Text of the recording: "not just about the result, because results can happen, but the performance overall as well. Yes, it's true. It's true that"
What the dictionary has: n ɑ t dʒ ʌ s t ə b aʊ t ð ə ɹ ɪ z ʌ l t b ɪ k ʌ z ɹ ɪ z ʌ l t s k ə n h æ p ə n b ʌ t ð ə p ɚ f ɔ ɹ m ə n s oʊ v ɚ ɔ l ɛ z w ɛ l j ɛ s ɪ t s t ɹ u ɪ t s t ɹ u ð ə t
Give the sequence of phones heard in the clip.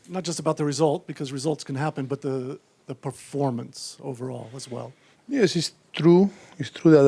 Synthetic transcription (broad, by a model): n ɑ t dʒ ʌ s t ə b aʊ t ð ə ɹ ɪ z ʌ l t b ɪ k ʌ z ɹ ɪ z ʌ l t s k ə n h æ p ə n b ʌ t ð ə p ɚ f ɔ ɹ m ə n s oʊ v ɚ ɔ l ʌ z w ɛ l j ɛ s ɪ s t ɹ u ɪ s t ɹ u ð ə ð